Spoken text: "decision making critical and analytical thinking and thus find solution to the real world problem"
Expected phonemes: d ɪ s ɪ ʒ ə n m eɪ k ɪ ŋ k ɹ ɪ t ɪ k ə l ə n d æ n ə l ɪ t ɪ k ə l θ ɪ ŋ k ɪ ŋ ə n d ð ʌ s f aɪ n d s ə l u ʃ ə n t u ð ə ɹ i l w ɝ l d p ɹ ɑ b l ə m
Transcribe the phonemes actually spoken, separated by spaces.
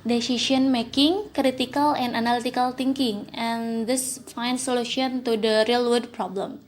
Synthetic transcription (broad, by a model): d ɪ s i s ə n m eɪ k ɪ ŋ k ɹ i t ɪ k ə l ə n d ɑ n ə l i t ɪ k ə l t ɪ ŋ k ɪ ŋ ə n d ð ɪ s f aɪ n d s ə l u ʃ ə n t u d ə ɹ i l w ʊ d p ɹ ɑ b l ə m